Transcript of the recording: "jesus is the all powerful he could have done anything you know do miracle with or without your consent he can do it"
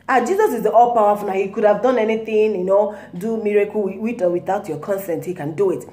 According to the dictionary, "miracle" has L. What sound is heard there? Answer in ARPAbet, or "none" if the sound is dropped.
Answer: W